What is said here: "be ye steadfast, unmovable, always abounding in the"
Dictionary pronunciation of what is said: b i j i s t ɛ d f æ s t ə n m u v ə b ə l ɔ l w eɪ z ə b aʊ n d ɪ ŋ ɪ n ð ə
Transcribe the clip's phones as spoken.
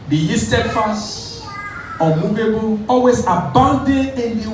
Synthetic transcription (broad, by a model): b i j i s t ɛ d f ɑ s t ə m u v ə b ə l ɔ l w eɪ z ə b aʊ n d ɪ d ɪ n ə